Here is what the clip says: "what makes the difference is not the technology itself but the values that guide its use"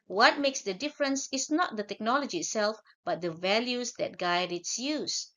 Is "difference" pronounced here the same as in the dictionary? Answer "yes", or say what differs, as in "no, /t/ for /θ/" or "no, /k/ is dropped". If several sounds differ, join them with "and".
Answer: yes